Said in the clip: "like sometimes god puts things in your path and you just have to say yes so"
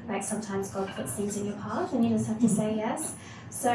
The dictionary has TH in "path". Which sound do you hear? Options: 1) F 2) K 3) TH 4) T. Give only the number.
4